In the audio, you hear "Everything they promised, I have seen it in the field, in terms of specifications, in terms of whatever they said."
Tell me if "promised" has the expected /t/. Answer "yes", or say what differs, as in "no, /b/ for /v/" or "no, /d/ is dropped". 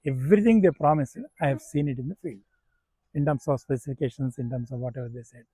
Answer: no, /t/ is dropped